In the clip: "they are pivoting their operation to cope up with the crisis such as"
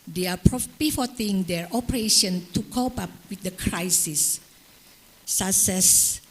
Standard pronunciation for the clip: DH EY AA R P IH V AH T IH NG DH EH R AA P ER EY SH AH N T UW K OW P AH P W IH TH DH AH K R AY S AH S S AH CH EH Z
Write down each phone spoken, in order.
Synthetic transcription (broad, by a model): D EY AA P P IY F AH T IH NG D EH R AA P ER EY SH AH N T UW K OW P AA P W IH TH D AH K R AY S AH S S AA S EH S